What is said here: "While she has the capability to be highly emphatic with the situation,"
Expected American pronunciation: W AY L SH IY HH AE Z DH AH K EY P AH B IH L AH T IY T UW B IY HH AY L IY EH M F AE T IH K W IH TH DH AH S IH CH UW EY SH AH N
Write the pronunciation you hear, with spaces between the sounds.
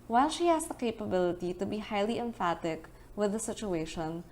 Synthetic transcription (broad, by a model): W AY L SH IY HH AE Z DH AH K EY P AH B IH L AH T IY T UW B IY HH AY L IY EH M F AE T IH K W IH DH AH S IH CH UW EY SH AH N